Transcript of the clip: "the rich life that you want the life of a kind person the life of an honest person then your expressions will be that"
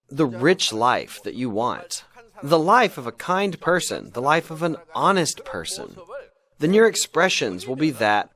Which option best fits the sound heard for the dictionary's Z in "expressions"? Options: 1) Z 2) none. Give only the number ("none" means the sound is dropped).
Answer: 1